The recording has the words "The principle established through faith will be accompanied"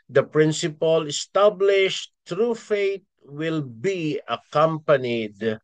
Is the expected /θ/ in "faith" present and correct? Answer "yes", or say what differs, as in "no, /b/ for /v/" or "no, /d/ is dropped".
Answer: no, /t/ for /θ/